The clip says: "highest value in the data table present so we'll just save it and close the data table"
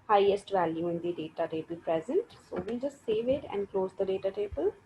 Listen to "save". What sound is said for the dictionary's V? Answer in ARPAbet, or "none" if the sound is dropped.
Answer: V